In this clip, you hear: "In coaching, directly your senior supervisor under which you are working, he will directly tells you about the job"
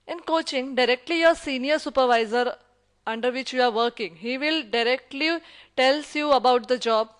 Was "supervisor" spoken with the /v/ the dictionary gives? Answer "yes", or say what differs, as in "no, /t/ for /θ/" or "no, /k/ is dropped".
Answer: yes